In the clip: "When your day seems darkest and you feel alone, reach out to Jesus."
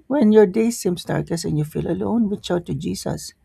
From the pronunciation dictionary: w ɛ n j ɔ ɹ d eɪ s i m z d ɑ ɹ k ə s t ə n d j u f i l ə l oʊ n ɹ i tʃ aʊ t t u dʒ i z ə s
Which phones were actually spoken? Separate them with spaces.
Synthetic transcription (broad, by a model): w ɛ n j ɔ ɹ d eɪ s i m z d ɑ ɹ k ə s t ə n j u f i l ə l oʊ n w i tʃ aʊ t t u dʒ i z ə s